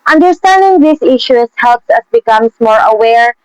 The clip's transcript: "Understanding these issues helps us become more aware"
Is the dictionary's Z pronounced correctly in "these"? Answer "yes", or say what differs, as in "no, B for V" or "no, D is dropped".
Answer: no, S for Z